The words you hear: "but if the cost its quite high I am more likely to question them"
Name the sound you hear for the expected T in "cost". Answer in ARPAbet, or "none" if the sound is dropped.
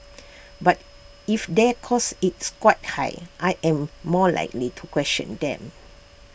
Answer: none